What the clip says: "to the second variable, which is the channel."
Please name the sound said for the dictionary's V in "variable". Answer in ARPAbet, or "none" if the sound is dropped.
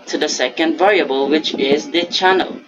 V